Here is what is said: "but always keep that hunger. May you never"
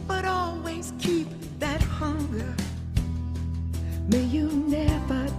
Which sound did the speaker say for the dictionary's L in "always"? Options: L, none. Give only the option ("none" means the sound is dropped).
L